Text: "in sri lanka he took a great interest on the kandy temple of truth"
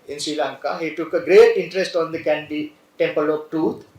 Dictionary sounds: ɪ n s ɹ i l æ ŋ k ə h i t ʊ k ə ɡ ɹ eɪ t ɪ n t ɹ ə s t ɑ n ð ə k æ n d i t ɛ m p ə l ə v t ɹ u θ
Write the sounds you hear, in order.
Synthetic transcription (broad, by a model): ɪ n s ɹ i l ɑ ŋ k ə h i t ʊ k ə ɡ ɹ eɪ t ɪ n t ɹ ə s t ɑ n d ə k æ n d i t ɛ m p ə l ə b t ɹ u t